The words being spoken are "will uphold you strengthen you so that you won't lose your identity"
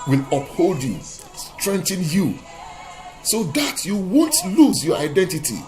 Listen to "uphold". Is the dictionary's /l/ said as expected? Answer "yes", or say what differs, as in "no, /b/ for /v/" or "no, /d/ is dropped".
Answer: yes